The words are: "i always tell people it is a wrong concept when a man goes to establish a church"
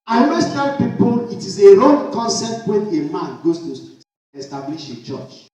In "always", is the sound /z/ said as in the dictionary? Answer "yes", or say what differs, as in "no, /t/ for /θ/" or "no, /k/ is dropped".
no, /s/ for /z/